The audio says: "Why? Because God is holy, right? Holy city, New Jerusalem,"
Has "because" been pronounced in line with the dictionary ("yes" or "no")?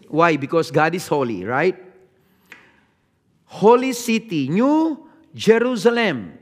no